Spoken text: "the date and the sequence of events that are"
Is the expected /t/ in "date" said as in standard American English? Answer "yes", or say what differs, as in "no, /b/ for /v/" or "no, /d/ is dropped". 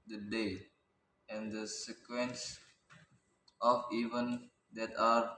no, /t/ is dropped